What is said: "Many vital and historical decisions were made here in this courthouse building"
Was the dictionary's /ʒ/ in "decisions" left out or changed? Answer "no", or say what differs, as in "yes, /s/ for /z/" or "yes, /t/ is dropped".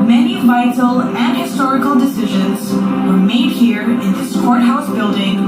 no